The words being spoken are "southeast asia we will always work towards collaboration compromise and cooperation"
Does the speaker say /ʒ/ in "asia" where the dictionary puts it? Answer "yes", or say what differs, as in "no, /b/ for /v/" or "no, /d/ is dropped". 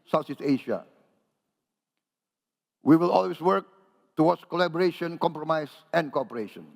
no, /ʃ/ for /ʒ/